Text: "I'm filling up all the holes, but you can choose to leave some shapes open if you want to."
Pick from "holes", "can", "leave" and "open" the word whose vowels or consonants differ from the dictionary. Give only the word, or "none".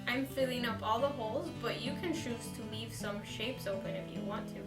none